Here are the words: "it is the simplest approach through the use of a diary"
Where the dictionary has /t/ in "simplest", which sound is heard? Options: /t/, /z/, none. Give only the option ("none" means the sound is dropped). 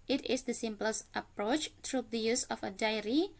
/t/